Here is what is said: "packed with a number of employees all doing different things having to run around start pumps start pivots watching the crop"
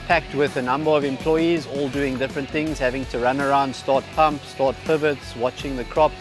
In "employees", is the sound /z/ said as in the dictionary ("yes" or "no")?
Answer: yes